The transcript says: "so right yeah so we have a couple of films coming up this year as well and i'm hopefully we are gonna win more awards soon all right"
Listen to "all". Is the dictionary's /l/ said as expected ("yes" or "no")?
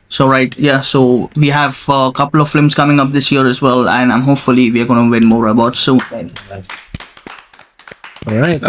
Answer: no